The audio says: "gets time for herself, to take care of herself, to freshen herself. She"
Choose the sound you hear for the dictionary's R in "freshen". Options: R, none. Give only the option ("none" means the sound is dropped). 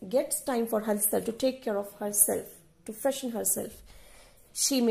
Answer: none